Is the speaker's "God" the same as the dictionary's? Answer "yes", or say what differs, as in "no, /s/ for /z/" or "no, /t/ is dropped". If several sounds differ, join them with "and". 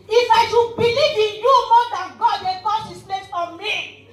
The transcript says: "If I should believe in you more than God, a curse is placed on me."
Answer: yes